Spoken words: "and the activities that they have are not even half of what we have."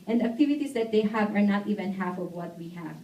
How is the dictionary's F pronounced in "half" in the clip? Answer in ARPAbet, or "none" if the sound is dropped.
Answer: F